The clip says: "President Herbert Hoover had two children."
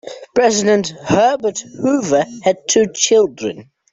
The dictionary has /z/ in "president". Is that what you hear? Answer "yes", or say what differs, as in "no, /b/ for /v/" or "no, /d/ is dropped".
yes